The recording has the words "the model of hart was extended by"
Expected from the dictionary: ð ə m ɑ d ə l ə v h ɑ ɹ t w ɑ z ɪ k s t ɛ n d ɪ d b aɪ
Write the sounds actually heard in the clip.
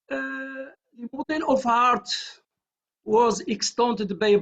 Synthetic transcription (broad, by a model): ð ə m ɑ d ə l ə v h ɑ ɹ t w ɑ z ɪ k s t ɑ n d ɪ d b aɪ